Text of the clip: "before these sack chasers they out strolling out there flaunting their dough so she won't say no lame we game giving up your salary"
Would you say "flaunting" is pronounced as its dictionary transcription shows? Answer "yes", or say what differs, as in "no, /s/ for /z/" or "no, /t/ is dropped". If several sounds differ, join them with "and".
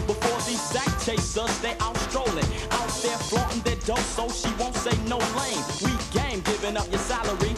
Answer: no, /n/ is dropped